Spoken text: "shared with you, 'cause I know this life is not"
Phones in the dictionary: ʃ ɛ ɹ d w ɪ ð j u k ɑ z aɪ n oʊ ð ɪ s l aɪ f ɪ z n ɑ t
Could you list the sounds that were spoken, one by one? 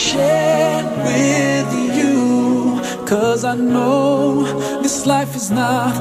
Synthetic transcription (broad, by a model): ʃ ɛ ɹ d w ɪ ð j u k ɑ z aɪ n oʊ ð ɪ s l aɪ f ɪ z n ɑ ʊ